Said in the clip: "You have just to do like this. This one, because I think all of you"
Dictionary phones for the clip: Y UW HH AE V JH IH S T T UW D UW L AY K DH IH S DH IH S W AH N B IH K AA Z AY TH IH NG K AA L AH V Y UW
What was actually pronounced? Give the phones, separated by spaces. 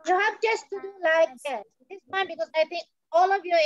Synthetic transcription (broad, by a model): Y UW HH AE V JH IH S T T UW D UW L AY K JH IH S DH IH S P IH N B IH K AA Z AY T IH NG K AA L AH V Y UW